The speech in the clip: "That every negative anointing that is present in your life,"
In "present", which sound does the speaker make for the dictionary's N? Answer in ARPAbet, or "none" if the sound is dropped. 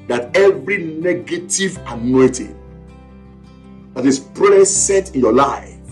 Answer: none